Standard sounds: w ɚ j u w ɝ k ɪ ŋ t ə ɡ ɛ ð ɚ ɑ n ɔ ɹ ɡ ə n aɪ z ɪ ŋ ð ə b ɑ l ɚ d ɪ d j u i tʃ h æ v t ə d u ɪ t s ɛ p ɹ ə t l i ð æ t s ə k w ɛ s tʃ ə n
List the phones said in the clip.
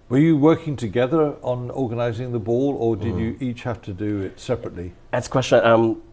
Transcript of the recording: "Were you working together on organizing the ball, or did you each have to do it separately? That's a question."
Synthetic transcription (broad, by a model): w ɚ j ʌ w ɝ k ɪ ŋ t ə ɡ ɛ ð ɚ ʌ n ɔ ɹ ɡ ə n aɪ z ɪ ŋ ð ə b ɑ l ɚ d ɪ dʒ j i tʃ h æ f t ə d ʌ ɪ t s ɛ p ɹ ə t l i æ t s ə k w ɛ s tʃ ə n